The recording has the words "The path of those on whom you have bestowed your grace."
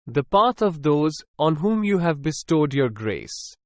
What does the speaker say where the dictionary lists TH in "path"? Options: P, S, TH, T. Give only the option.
T